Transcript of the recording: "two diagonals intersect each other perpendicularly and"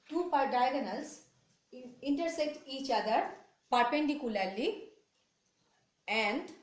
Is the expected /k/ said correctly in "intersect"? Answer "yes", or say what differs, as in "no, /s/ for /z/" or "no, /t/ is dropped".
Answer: yes